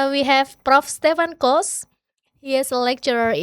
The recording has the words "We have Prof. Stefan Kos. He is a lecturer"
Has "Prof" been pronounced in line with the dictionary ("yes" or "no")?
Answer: yes